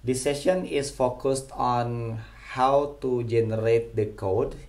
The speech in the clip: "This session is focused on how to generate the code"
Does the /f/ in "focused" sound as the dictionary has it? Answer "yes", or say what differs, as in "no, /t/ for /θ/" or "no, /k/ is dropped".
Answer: yes